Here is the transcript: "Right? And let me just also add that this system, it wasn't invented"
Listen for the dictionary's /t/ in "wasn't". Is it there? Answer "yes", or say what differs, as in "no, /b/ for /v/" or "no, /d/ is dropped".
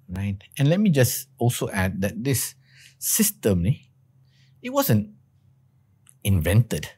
yes